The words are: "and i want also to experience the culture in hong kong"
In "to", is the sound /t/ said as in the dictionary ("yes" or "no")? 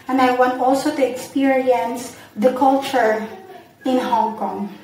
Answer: yes